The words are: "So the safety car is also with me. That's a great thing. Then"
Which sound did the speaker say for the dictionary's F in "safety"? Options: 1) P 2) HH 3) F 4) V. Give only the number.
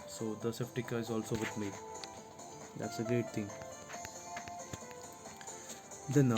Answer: 1